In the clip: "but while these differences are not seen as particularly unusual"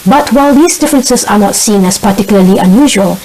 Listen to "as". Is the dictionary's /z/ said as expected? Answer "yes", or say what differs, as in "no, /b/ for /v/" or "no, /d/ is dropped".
no, /s/ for /z/